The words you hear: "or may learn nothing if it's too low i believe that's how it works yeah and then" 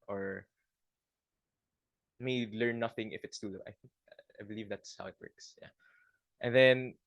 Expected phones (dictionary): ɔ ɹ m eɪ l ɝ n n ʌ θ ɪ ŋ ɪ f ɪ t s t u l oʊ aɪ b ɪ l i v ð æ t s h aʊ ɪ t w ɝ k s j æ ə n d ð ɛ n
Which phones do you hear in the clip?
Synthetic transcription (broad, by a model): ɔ ɹ m eɪ l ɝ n n ʌ θ ɪ ŋ ɪ f ɪ t s t u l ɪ aɪ b ɪ l i v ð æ t s h aʊ ɪ t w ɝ k s j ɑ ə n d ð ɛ n